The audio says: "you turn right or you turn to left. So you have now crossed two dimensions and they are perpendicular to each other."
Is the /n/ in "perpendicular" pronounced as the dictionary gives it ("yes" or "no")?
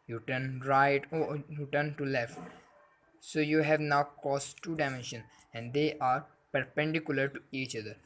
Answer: yes